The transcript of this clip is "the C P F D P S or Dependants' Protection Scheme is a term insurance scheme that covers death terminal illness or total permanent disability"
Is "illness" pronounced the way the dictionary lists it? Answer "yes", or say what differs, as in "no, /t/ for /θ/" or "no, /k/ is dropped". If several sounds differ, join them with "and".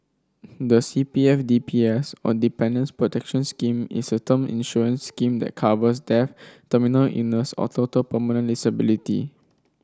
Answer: no, /l/ is dropped